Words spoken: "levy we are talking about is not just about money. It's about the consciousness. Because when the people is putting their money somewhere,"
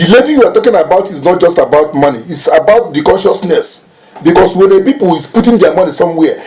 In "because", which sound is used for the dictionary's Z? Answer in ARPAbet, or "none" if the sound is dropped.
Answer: S